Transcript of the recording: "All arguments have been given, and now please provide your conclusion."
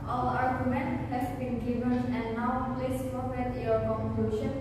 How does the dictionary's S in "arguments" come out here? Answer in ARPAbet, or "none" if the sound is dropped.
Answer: none